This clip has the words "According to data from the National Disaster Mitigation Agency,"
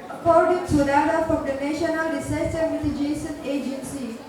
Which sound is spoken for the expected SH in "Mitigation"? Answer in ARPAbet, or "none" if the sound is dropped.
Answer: S